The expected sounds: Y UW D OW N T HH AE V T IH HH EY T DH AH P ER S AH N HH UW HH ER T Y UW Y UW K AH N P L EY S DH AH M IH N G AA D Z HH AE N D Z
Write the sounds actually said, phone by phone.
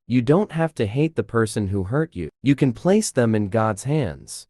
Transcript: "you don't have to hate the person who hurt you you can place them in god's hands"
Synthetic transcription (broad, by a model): Y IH D OW N T HH AE F T IH HH EY T DH AH P ER S AH N HH UW HH ER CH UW Y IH K AH N P L EY S DH AH M IH N G AA D Z HH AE N D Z